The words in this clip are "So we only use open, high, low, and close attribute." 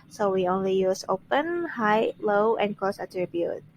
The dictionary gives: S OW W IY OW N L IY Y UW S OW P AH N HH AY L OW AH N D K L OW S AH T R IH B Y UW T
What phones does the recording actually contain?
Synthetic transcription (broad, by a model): S OW W IY OW N L IY Y UW S OW P AH N HH AY L OW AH N K OW S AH T R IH B Y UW T